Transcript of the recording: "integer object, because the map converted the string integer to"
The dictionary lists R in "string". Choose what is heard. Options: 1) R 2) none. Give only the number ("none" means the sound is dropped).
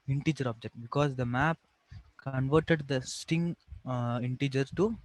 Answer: 2